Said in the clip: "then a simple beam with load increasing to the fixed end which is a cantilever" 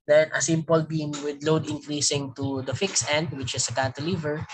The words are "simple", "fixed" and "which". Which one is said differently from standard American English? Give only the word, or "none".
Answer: fixed